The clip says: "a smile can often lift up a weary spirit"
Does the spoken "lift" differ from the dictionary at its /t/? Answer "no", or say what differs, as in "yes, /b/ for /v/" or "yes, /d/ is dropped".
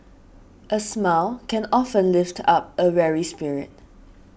no